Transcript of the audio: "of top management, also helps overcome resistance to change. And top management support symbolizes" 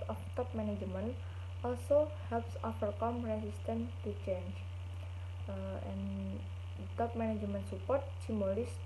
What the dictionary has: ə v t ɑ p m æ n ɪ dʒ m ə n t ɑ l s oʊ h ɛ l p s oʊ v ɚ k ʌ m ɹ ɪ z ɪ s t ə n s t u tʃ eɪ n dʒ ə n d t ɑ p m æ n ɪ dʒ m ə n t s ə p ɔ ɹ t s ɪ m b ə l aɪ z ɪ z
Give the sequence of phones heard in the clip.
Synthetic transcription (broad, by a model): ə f t ɑ p m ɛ n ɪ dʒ m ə n t ɑ l s oʊ h ɛ l p s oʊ f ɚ k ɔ m ɹ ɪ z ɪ s t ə n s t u tʃ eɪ n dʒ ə n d t ɑ p m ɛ n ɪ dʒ m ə n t s ə p ɔ ɹ t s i m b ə l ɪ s